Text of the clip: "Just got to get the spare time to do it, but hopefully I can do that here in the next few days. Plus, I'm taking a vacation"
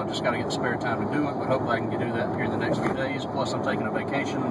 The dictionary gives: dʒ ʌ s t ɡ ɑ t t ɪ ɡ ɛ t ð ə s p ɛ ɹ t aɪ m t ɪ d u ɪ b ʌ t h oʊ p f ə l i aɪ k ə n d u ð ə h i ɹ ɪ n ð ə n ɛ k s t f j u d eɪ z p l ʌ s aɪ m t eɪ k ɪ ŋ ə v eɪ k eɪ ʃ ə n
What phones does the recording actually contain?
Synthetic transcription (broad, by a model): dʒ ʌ s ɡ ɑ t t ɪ ɡ ɛ t ð ə s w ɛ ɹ t aɪ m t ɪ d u ɪ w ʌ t h oʊ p ə i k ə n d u ð ə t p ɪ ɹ ð ə n ɛ k s t f j u d eɪ z p l ʌ s aɪ m t eɪ k ɪ ŋ ə v eɪ k eɪ ʃ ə n